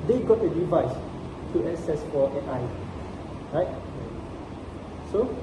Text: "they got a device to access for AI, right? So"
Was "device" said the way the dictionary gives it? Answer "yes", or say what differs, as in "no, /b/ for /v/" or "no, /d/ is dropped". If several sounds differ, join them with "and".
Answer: yes